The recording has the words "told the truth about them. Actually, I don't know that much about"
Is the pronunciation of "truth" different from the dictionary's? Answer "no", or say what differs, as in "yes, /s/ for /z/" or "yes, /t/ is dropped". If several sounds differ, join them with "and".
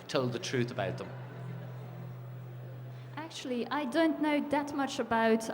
no